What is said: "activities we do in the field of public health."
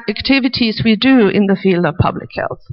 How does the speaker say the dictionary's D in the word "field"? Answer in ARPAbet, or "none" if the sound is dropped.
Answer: D